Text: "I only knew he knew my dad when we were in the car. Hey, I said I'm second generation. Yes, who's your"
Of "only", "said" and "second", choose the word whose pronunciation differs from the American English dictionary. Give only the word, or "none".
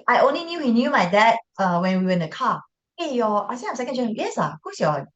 said